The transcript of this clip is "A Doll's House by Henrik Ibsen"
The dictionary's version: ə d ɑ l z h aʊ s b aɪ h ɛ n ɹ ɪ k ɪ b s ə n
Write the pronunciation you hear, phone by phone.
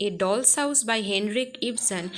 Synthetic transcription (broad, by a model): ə d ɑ l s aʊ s b aɪ h ɛ n ɹ ɪ k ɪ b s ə n